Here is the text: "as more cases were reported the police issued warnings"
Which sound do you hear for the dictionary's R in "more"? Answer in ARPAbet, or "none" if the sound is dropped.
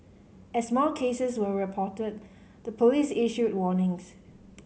L